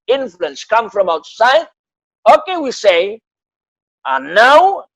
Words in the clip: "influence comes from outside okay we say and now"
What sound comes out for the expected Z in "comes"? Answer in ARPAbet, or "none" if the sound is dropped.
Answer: none